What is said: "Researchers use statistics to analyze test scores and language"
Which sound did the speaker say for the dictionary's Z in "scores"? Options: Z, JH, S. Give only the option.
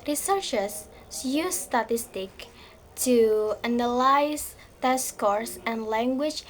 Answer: S